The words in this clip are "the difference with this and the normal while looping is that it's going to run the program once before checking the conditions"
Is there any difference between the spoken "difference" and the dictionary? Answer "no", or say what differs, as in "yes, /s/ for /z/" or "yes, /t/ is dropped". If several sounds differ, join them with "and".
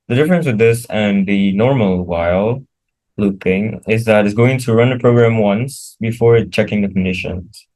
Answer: no